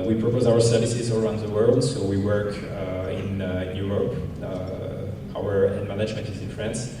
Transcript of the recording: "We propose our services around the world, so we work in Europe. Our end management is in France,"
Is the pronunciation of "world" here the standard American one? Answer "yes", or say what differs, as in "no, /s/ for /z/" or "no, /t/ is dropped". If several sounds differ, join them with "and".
yes